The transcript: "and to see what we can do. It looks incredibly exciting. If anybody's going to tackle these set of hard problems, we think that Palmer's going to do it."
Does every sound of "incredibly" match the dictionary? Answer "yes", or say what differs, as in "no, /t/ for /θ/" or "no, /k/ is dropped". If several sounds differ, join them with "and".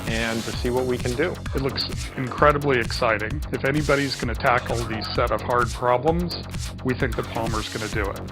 yes